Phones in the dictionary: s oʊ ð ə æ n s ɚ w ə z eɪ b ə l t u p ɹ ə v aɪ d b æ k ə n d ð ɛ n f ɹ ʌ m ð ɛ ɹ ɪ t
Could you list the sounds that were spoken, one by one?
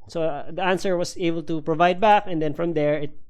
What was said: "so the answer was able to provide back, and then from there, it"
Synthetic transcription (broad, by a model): s oʊ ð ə æ n s ɚ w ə s eɪ b ə l t u p ɹ ə v aɪ d b æ k ə n d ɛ n f ɹ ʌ m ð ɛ ɹ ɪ t